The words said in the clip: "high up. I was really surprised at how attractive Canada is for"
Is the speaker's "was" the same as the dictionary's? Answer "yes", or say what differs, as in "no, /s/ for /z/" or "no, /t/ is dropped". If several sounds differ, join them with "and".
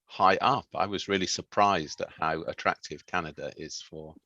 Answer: yes